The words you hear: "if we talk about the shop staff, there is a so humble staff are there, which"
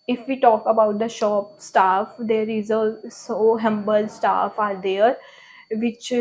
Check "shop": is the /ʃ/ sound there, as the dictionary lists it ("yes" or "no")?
yes